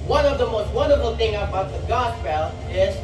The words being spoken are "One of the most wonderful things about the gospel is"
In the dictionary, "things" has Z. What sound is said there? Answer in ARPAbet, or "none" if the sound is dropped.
none